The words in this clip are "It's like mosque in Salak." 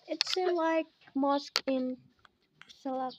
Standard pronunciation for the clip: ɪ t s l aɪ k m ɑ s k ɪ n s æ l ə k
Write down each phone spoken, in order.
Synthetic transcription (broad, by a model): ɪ t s l aɪ k m ɑ s k ɪ n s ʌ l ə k